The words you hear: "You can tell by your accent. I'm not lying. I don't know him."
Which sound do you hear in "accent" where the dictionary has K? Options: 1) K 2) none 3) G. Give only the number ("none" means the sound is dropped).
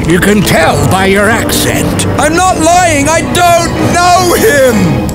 1